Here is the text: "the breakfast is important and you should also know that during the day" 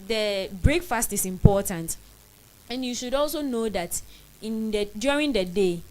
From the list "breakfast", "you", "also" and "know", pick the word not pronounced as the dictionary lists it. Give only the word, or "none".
none